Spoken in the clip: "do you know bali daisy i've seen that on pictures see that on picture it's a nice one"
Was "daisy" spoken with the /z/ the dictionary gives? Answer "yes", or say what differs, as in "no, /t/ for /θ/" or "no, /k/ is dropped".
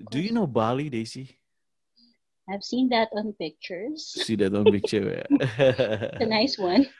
no, /s/ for /z/